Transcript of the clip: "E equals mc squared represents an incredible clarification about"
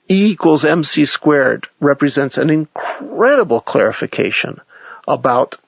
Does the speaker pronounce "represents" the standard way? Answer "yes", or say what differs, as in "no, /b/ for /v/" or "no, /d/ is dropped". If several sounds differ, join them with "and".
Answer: yes